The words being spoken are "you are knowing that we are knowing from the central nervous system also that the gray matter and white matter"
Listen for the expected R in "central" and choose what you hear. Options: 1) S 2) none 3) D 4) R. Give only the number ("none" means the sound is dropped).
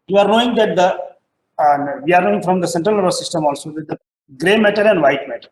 4